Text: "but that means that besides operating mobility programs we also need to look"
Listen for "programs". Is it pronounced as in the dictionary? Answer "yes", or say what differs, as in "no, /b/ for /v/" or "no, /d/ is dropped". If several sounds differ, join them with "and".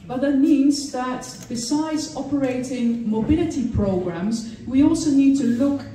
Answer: yes